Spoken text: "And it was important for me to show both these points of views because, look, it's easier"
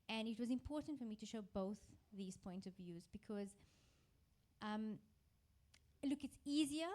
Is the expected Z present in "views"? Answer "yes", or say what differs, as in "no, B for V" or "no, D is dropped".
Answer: yes